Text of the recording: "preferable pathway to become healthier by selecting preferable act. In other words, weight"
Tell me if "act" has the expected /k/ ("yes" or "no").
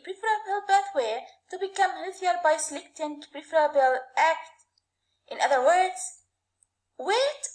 yes